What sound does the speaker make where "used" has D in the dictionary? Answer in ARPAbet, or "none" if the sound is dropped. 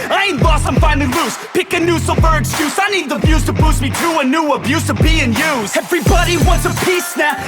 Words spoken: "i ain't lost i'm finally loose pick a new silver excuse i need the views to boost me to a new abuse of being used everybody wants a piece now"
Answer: none